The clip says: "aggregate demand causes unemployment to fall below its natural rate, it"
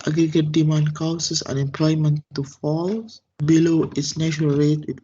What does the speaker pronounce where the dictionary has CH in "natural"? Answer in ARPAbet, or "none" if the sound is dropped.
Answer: SH